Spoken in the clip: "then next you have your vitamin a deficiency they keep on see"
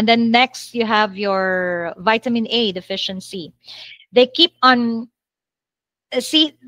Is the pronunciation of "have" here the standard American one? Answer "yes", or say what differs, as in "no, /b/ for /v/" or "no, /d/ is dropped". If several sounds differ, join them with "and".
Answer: yes